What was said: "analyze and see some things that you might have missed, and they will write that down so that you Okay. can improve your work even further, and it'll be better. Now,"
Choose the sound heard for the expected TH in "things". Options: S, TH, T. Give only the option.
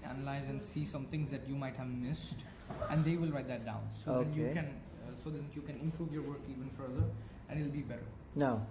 T